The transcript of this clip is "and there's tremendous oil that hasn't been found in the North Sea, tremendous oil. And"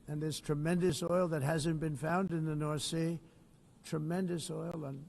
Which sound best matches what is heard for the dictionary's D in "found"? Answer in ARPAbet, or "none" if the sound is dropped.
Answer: D